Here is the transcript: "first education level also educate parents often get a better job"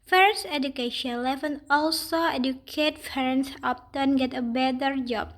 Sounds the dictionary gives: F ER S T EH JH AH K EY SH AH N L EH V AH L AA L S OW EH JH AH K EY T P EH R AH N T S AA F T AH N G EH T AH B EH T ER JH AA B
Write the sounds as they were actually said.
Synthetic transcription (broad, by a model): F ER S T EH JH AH K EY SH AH N L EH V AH N AA L S OW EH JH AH K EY T F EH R N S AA P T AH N G EH T AH B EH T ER JH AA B